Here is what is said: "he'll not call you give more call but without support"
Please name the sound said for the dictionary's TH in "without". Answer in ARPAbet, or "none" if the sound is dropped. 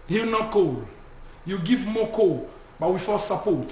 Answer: F